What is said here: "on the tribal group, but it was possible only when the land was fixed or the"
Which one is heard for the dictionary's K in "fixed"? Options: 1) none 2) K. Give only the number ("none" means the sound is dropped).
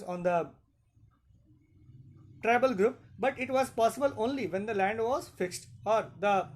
2